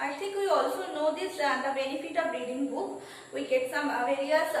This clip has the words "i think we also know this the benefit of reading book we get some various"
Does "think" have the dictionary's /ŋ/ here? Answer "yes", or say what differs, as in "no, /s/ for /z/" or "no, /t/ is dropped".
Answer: no, /ŋ/ is dropped